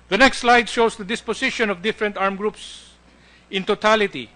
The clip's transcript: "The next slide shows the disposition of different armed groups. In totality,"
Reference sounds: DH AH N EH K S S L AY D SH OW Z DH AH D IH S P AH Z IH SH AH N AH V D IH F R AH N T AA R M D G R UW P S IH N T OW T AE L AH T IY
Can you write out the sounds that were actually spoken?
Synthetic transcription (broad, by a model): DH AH N EH K S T L AY D SH OW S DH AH D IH S P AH S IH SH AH N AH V D IH F R AH N T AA R M G R UW P S IH N T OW T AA L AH T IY